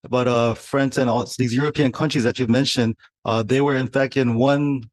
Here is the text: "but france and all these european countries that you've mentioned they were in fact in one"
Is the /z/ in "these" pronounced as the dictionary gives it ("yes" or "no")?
yes